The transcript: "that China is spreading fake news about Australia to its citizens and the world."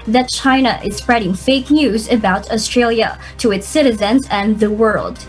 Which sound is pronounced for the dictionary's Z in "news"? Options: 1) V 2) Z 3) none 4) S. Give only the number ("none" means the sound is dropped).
2